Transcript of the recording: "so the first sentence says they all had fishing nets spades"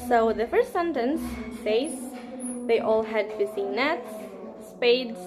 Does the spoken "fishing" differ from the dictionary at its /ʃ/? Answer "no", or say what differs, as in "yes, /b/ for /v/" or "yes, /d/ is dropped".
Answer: yes, /s/ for /ʃ/